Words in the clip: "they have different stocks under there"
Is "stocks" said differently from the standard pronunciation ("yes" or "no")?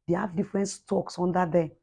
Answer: no